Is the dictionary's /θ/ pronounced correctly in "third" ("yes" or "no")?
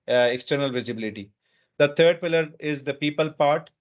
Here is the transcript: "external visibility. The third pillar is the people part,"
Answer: no